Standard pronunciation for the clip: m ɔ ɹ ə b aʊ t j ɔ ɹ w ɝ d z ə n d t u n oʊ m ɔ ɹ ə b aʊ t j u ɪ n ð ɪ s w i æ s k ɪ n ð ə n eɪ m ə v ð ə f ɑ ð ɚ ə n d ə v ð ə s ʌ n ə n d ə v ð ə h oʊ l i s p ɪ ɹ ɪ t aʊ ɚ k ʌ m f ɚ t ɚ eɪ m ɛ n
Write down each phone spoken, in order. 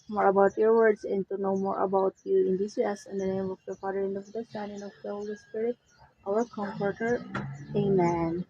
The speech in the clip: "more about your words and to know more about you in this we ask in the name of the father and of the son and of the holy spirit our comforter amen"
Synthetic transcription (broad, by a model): m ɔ ɹ ə b aʊ t j ɔ ɹ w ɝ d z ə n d t u n oʊ m ɔ ɹ ə b aʊ t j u ɪ n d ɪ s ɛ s ɪ n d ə n eɪ m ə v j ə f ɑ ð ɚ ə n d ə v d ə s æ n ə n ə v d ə h oʊ l i s p ɪ ɹ ɪ t aʊ ɚ k ʌ m f ɚ t ɚ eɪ m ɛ n